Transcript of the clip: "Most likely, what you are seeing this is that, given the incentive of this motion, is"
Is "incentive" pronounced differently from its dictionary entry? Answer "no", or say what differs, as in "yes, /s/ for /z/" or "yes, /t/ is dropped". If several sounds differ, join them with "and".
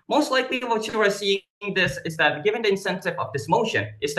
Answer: no